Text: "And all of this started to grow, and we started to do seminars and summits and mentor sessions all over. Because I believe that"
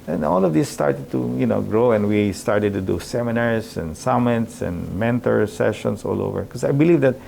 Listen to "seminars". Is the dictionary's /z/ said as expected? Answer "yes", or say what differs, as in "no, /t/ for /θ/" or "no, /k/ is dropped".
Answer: no, /s/ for /z/